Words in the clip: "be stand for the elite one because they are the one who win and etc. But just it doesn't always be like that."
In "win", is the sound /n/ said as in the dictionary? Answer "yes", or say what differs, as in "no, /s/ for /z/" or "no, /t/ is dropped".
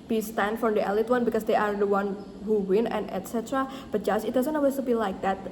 yes